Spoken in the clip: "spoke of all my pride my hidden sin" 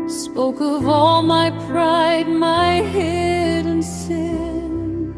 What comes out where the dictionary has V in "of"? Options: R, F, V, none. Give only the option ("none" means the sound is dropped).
V